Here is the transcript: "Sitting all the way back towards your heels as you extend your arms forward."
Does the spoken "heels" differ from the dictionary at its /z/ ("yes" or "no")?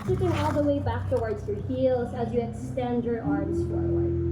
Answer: no